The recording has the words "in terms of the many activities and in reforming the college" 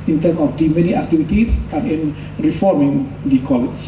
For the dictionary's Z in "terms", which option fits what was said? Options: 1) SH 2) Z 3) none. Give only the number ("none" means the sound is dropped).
3